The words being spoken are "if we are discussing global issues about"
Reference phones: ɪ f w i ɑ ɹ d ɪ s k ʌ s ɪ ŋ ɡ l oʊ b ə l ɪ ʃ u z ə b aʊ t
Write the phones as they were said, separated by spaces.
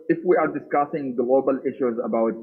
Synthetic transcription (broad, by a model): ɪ f w i ɑ ɹ d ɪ s k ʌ s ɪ ŋ ɡ l oʊ b ə l ɪ ʃ u z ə b aʊ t